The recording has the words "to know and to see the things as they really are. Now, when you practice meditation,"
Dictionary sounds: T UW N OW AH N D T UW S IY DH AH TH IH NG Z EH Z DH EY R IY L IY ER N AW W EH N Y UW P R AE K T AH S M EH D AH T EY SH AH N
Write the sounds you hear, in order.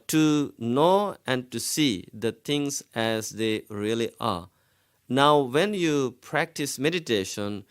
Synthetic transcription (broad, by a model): T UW N OW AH N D T UW S IY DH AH T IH NG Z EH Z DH EY R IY L IY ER N AW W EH N Y UW P R AE K T AH S M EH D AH T EY SH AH N